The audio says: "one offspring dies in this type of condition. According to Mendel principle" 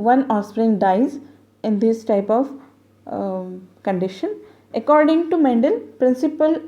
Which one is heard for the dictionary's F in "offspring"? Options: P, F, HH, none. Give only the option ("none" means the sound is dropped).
none